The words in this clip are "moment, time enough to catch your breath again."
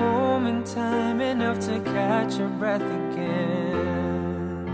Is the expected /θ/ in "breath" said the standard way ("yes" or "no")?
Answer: yes